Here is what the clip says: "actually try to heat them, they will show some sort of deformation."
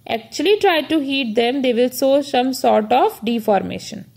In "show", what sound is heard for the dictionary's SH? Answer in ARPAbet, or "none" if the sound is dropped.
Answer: S